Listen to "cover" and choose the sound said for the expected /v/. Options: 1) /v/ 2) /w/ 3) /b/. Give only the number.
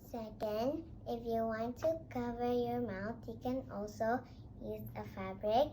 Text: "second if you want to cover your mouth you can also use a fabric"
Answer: 1